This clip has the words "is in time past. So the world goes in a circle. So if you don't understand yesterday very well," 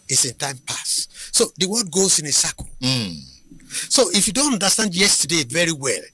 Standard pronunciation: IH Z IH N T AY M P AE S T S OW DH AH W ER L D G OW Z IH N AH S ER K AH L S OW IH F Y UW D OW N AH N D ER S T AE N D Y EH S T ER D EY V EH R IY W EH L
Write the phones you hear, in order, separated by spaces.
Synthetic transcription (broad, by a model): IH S IH N T AY M P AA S S OW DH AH W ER D G OW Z IH N AH S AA K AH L S OW IH F Y UW D OW N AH N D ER S T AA N D Y EH S T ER D EY V EH R IY W EH L